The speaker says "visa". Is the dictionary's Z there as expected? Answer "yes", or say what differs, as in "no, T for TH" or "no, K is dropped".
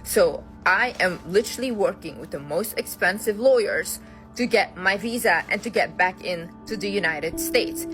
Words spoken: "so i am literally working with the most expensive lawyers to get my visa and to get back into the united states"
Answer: yes